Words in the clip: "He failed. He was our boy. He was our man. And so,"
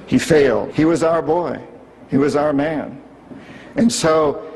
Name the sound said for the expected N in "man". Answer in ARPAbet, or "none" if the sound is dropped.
N